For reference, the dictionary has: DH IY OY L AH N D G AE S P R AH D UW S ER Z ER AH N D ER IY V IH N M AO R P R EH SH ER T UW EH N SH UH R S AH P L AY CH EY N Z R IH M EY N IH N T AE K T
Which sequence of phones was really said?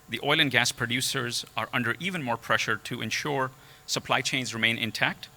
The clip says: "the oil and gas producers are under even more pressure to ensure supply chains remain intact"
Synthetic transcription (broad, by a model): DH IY OY L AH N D G AE S P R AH D UW S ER Z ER AH N D ER IY V IH N M AO R P R EH SH ER T UW EH N SH UH R S AH P L AY CH EY N Z R IH M EY N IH N T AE K T